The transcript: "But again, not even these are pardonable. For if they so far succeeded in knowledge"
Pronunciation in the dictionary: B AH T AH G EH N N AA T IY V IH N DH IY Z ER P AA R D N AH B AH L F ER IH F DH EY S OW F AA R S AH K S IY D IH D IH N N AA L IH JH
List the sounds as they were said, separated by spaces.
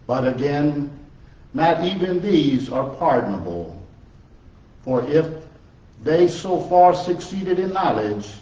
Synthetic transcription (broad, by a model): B AH T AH G EH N N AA T IY V IH N DH IY Z ER P AA R D N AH B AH L F ER IH F DH EY S OW F AA R S AH K S IY D IH D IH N N AA L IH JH